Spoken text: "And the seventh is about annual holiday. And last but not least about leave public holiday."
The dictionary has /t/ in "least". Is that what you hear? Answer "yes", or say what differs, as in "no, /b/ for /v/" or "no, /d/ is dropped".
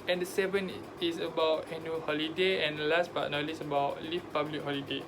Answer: no, /t/ is dropped